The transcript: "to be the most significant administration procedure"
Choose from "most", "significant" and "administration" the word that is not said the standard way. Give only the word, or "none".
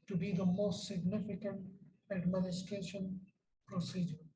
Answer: none